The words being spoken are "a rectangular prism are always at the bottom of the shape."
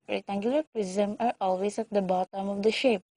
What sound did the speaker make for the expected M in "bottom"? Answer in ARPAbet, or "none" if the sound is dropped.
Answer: M